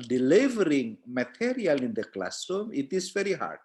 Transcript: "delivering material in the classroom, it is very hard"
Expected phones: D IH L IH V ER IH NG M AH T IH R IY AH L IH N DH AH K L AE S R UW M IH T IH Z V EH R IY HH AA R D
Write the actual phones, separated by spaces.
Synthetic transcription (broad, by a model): D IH L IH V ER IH NG M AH T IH R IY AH L IH N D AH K L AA S UW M IH T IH S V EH R IY HH AA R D